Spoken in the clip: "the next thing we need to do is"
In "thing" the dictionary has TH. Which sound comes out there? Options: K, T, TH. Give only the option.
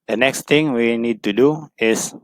T